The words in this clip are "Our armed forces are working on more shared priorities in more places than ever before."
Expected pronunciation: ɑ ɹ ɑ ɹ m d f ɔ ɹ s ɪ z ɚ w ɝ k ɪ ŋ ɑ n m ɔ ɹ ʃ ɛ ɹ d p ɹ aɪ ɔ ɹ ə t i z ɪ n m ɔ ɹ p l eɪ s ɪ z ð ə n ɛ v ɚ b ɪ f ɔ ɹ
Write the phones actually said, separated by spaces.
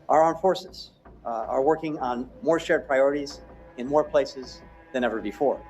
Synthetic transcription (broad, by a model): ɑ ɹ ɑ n f ɔ ɹ s ɪ z ɚ w ɝ k ɪ ŋ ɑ n m ɔ ɹ ʃ ɛ ɹ d p ɹ aɪ ɔ ɹ ə t i z ɪ n m ɔ ɹ p l eɪ s ɪ z ð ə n ɛ v ɚ b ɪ f ɔ ɹ